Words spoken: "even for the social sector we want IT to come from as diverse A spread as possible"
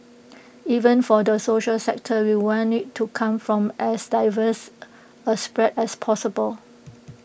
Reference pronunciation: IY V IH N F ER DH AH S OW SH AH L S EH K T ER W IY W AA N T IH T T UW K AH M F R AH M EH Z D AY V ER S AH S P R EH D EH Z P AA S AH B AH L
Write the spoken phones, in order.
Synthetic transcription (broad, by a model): IY V IH N F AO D AH S OW SH AH L S EH K T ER W IY W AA N IH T T UW K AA M F R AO M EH S D AY V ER S AH S P R EH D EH S P AA S AH B AH L